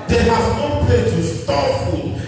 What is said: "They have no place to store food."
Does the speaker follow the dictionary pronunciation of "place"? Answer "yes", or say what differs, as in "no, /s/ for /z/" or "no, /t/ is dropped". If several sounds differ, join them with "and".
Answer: no, /s/ is dropped